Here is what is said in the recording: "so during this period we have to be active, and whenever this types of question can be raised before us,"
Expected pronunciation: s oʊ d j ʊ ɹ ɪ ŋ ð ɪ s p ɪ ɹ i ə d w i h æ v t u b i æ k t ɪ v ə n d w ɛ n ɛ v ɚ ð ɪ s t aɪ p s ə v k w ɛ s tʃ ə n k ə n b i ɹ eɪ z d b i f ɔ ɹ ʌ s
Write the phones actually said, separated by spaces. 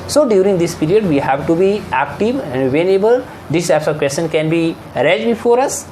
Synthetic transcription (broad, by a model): s oʊ d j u ɹ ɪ ŋ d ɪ s p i ɹ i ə d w i h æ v t u b i æ k t ɪ v ə n d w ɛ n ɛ b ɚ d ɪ s t aɪ p s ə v k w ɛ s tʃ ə n k ə n b i ɹ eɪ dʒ b i f ɔ ɹ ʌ s